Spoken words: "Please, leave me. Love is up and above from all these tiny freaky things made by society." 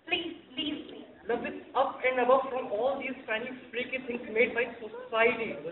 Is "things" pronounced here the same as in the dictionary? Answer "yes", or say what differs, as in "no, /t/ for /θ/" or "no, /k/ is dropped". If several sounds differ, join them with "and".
no, /t/ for /θ/